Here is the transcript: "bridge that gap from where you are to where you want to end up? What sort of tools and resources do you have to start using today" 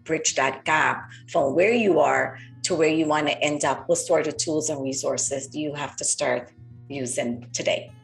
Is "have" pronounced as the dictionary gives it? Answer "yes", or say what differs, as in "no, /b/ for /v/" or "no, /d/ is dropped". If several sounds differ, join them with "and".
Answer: no, /f/ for /v/